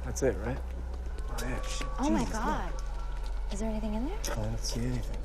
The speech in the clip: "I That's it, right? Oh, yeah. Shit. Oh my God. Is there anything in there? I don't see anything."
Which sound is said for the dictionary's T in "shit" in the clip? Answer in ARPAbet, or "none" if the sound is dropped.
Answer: none